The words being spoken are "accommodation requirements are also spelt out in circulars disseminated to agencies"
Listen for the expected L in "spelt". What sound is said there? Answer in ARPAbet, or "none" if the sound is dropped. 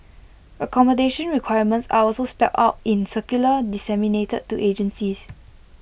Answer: none